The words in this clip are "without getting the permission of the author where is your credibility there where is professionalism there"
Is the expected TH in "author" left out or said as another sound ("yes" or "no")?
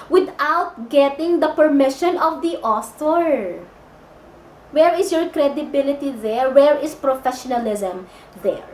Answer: yes